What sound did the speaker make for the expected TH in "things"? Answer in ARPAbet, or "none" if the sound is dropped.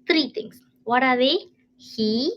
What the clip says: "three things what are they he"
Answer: T